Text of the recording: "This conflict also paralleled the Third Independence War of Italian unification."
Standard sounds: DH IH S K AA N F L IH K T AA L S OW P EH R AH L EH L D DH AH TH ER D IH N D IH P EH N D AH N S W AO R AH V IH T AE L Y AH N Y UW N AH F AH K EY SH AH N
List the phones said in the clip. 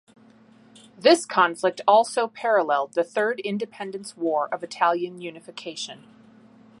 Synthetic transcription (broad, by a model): DH IH S K AA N F L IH K T AA L S OW P EH R AH L EH L D DH AH TH ER D IH N D IH P EH N D AH N S W AO R AH V IH T AE L Y AH N Y UW N AH F AH K EY SH AH N